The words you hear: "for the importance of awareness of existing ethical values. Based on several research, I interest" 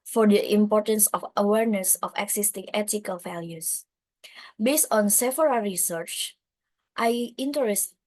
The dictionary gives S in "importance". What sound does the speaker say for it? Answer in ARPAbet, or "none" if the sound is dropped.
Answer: S